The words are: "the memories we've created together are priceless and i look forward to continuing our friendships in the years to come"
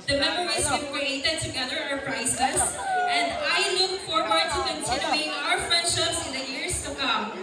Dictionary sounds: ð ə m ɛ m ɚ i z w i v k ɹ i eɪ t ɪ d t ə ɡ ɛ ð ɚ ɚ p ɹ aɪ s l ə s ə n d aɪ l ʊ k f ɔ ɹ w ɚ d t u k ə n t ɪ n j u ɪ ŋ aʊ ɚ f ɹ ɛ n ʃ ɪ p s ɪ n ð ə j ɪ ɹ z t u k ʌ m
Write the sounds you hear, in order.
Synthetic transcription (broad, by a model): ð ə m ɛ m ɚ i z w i k ɹ i eɪ t ɪ d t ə ɡ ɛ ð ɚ ɚ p ɹ aɪ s ə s ə n d aɪ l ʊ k f ɔ ɹ w ɚ d t u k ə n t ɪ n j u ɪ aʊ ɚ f ɛ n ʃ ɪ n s ɪ n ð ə j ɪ ɹ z t u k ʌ m